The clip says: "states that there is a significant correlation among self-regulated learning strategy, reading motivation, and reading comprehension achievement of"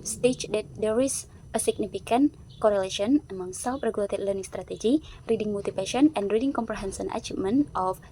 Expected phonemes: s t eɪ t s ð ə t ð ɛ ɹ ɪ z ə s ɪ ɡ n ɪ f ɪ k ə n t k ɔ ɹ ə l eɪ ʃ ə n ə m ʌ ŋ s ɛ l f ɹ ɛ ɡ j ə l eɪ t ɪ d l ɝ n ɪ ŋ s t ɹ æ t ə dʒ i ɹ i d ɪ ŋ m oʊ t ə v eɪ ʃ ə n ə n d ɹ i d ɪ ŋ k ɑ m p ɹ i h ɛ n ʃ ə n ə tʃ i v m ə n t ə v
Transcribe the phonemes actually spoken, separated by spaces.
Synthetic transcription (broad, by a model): s t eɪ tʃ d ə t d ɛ ɹ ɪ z ə s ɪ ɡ n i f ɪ k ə n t k ɔ ɹ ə l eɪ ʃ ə n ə m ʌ ŋ s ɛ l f ɹ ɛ ɡ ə l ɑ t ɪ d l ɝ n ɪ ŋ s t ɹ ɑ t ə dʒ i ɹ i d ɪ ŋ m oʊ t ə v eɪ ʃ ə n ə n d ɹ i d ɪ ŋ k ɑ m p ɹ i h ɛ n s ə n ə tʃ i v m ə n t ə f